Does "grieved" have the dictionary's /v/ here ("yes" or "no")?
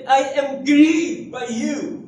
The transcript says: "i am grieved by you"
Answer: no